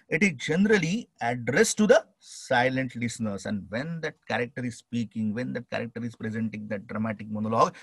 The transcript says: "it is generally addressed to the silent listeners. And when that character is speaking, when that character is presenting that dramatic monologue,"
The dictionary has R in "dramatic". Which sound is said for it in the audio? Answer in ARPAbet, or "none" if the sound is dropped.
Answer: R